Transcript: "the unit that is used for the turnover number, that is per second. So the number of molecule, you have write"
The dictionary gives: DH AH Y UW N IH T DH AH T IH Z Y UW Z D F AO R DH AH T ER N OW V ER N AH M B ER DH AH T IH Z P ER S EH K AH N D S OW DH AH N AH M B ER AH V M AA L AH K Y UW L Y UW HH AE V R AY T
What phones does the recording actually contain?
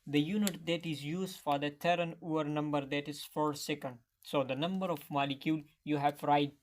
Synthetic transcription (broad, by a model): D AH Y UW N IH T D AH T IH Z Y UW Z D F AO R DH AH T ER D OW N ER N AH M B ER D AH T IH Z F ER S EH K AH N D S OW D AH N AH M B ER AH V M AA L AH K Y UW L Y UW HH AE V R AY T